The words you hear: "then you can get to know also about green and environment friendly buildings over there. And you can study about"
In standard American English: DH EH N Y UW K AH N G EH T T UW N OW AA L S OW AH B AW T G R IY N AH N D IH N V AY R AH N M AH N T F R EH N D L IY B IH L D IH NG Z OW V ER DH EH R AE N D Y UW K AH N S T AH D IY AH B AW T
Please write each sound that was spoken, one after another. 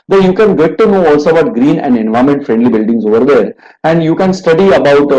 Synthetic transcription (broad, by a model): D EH Y UW K AH N G EH T T UW N OW AA L S OW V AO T G R IY N AH N D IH N V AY AH M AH N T F R EH N D L IY B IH L D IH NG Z OW V ER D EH R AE N D Y UW K AH N S T AH D IY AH B AW T